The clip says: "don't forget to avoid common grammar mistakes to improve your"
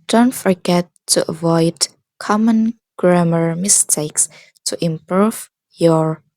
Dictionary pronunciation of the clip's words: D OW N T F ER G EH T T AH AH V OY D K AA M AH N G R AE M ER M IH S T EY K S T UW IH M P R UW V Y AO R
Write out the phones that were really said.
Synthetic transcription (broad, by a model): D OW N T F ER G EH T T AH AH V OY D K AA M AH N G R AE M ER M IH S T EY K S T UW IH M P R UW V Y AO R